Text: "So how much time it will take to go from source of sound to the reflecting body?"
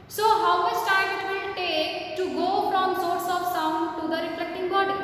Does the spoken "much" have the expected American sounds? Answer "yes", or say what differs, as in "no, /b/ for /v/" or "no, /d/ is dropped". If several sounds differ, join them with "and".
no, /s/ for /tʃ/